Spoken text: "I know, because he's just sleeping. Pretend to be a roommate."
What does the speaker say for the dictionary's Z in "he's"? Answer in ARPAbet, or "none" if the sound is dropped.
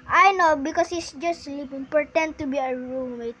S